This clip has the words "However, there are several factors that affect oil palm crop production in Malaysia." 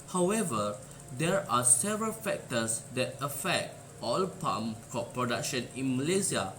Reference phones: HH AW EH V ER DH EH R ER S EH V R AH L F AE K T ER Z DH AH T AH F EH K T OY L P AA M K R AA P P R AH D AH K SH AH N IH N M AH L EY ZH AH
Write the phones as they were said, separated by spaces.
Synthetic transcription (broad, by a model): HH AW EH V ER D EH R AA S EH V R AH L F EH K T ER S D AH T AH F EH K T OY L P AA M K AA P P R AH D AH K SH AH N IH N M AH L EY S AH